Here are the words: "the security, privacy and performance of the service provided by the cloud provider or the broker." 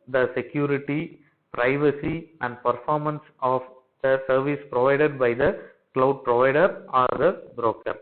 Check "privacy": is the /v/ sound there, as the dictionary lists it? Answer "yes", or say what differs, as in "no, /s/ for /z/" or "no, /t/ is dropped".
yes